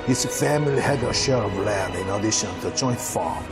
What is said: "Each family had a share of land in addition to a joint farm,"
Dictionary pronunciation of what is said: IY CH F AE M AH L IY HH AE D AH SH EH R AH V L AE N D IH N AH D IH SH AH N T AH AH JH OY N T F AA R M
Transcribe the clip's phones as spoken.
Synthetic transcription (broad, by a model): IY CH F AE M AH L IY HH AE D AH SH EH R AH V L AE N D IH N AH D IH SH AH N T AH AH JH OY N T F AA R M